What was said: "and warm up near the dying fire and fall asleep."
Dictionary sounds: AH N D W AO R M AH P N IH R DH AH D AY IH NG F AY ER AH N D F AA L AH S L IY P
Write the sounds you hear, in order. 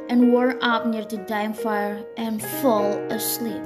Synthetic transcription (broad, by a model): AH N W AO R AH P N IH R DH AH D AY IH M F AY ER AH N F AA L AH S L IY P